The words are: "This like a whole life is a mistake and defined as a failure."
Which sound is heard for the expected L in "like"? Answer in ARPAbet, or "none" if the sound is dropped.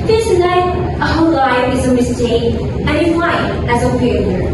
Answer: N